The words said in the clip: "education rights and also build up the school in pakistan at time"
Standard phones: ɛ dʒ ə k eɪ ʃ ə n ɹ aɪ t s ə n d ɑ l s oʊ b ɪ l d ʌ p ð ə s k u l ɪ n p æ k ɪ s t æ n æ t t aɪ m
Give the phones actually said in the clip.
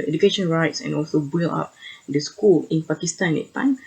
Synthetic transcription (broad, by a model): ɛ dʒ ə k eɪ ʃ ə n ɹ aɪ t s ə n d ɑ l s oʊ b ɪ l ɑ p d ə s k u l ɪ n p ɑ k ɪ s t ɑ n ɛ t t aɪ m